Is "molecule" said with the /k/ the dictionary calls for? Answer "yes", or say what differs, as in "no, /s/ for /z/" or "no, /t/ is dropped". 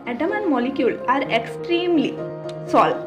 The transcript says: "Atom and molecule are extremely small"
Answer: yes